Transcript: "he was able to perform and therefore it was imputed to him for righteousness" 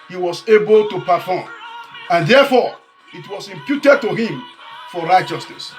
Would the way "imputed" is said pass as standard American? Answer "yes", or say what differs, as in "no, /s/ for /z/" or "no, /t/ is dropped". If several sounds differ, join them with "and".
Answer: yes